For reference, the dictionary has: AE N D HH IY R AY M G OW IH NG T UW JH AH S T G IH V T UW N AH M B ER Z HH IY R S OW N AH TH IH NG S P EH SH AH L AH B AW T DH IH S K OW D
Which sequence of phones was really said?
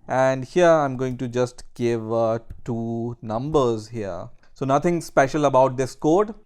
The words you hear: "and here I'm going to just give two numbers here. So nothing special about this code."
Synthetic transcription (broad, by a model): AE N D HH IY R AY M G OW IH NG T UW JH AH S T G IH V T UW N AH M B ER Z HH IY R S OW N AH T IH NG S P EH SH AH L AH B AW T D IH S K OW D